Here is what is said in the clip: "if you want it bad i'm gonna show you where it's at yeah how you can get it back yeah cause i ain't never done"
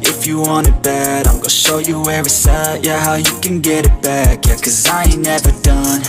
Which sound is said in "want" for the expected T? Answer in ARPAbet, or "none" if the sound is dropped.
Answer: none